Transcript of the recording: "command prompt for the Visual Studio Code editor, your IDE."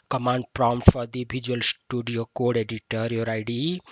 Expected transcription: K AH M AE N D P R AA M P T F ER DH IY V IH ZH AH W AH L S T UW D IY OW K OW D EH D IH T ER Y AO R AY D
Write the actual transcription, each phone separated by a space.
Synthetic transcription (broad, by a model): K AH M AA N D P R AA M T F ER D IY B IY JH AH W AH L S T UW D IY OW K OW D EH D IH T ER Y AO R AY D